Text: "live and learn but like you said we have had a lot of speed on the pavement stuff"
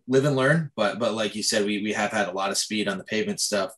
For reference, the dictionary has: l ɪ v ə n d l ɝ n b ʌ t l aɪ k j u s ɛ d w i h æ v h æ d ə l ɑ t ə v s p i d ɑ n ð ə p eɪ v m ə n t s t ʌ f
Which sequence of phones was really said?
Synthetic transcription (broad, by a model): l ɪ v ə n l ɝ n b ʌ t l aɪ k j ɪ s ɛ d w i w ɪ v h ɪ d ə l ɑ t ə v s p i d n ð ə p eɪ v m ə n t s t ʌ f